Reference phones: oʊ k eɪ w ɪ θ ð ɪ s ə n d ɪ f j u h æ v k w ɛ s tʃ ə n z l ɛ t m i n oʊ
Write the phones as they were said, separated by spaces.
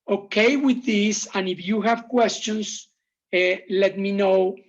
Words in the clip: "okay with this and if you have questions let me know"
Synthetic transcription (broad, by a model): oʊ k eɪ w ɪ ð ɪ s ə n ɪ f j u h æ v k w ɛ s tʃ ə n s l ɛ t m i n oʊ